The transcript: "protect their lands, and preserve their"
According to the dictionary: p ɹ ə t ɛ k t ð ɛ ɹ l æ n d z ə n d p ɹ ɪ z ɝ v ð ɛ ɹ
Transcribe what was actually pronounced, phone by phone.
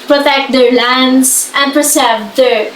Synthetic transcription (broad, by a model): p ɹ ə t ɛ k t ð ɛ ɹ l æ n d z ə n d p ɹ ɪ s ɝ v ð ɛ ɹ